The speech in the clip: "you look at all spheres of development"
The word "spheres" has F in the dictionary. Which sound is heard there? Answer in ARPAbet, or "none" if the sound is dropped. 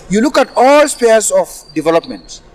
P